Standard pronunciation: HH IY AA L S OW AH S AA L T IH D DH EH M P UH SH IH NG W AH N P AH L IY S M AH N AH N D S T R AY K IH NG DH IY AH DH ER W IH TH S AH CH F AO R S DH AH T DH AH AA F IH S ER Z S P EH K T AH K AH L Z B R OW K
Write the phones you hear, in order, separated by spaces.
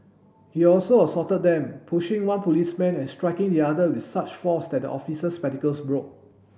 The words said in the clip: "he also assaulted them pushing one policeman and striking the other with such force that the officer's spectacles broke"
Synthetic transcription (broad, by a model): HH IY AA L S OW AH S AA T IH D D EH M P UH SH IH NG W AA N P AH L IY S M AH N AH N S T R AY K IH NG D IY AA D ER W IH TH S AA CH F AO S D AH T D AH AA F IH S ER S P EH T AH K AH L S B R OW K